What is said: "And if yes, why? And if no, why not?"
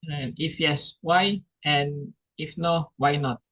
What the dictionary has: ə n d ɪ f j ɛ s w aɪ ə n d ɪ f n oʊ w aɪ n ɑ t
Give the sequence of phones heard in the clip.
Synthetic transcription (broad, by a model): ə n ɪ f j ɛ s w aɪ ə n ɪ f n oʊ w aɪ n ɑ t